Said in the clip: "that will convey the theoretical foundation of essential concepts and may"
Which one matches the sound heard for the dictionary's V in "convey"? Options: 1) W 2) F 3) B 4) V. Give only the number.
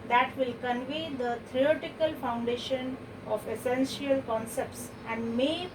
4